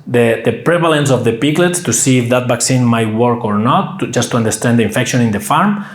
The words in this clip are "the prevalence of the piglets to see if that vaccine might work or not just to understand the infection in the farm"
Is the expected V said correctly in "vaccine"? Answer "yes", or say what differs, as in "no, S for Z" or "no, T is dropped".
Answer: no, B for V